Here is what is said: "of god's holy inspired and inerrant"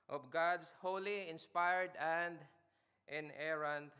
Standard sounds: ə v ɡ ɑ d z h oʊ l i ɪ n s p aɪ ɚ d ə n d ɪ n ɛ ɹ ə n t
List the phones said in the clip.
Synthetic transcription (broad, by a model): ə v ɡ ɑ d s h oʊ l i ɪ n s p aɪ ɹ d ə n d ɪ n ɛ ɹ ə n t